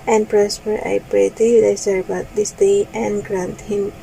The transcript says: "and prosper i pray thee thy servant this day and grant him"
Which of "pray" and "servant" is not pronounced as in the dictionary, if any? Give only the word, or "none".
servant